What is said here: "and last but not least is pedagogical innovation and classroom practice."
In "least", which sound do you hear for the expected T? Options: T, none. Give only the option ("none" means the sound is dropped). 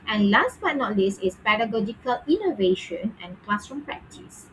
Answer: none